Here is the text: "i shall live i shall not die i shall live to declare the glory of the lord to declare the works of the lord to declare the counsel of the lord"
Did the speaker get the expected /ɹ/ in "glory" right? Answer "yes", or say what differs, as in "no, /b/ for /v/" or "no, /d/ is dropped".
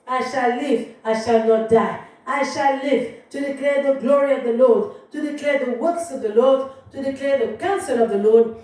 yes